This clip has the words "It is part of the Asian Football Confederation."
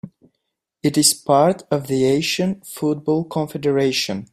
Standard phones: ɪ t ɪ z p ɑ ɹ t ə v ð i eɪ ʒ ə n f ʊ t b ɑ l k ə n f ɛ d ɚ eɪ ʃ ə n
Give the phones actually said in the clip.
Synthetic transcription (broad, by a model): ɪ t ɪ z p ɑ ɹ t ə v ð i eɪ ʃ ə n f ʊ t b ɑ l k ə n f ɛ d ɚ eɪ ʃ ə n